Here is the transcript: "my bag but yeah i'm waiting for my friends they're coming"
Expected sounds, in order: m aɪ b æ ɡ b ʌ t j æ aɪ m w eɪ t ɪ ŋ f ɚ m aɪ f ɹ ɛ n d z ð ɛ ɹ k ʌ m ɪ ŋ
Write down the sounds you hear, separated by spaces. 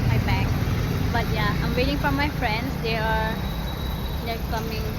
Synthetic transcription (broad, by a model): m aɪ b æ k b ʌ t j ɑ aɪ m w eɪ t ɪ ŋ f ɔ m aɪ f ɹ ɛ n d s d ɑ l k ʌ m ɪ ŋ